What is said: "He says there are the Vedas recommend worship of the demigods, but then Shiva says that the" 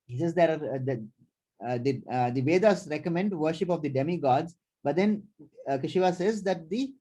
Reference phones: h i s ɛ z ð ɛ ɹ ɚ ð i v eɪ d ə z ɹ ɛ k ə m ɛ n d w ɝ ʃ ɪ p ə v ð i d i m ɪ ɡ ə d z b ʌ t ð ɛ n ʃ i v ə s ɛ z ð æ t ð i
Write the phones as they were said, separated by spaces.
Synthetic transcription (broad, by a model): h i s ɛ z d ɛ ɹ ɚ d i v eɪ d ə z ɹ ɛ k ə m ɛ n d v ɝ ʃ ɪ p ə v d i d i m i ɡ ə d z b ʌ t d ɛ n ʃ i v ə s ɛ z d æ t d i